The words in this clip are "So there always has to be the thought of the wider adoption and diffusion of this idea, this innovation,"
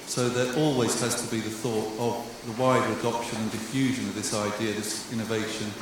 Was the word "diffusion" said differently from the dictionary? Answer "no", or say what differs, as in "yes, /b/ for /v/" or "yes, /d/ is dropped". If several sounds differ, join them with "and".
no